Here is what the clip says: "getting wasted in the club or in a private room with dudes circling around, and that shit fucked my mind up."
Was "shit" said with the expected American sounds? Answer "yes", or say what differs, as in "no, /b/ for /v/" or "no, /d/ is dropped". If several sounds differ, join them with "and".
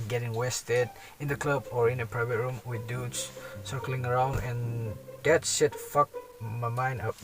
no, /s/ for /ʃ/